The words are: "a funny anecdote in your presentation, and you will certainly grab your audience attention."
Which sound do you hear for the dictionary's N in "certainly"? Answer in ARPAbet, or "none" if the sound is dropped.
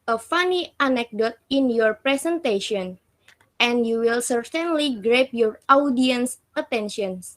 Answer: N